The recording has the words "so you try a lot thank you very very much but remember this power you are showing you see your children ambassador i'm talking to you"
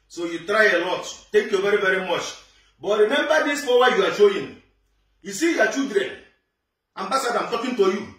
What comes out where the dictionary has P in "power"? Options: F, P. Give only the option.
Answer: F